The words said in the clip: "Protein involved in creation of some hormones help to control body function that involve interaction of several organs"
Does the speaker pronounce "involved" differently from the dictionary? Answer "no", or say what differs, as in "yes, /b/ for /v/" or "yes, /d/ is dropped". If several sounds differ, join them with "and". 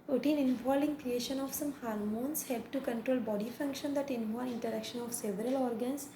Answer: yes, /d/ is dropped